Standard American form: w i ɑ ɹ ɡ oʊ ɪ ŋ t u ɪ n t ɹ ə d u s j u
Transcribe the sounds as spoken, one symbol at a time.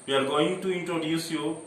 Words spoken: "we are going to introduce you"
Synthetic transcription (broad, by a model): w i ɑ l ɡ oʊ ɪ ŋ t u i n t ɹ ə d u s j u